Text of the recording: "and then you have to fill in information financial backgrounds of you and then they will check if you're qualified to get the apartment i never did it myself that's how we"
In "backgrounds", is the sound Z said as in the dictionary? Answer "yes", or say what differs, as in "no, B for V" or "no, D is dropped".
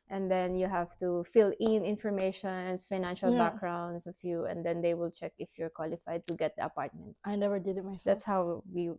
no, S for Z